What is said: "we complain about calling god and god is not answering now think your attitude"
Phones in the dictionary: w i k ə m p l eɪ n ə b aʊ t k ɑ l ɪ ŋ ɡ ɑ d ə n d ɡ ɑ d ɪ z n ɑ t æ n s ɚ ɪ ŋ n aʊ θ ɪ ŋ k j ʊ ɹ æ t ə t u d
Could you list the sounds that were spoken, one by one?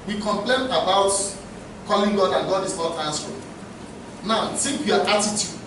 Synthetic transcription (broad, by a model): w i k ə m p l eɪ n ə b aʊ t k ɑ l ɪ ŋ ɡ ɑ d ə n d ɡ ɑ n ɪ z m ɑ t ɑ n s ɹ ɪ n aʊ s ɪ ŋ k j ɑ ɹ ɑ t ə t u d